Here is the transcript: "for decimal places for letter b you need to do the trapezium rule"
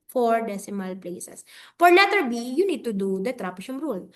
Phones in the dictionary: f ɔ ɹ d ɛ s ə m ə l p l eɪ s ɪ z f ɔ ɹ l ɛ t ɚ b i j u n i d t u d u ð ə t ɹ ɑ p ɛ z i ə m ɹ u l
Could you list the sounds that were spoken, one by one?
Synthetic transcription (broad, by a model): f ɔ ɹ d ɛ s ə m ə l p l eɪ s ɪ s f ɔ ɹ n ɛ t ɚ b i j u n i d t u d u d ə t ɹ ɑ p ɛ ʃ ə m ɹ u l